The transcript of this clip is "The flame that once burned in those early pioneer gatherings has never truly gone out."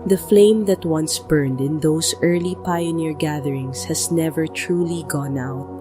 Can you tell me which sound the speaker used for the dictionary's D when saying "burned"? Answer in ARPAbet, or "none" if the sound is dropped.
D